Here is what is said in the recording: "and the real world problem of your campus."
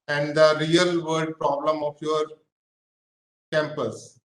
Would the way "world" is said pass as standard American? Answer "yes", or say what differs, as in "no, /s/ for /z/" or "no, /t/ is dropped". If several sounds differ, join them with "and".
no, /l/ is dropped